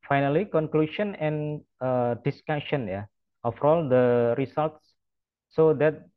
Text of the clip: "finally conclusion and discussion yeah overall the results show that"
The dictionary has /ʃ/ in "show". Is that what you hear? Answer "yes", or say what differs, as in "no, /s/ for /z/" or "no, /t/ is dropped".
no, /s/ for /ʃ/